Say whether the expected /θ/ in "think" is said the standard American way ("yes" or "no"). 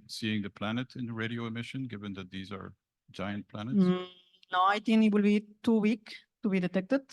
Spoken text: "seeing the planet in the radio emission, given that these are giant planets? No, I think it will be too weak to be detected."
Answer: no